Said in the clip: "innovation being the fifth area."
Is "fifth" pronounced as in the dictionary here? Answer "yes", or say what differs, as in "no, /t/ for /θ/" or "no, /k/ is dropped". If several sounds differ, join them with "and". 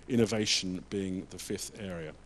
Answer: yes